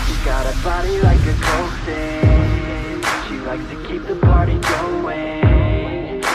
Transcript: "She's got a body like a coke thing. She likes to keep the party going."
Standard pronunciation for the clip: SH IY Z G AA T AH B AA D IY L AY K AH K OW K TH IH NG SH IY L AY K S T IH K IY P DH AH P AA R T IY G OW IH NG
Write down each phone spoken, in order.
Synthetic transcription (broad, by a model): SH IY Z G AA T AH B AA D IY L AY K AH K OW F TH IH SH IY L AY K S T IH K IY P DH AH P AA R T IY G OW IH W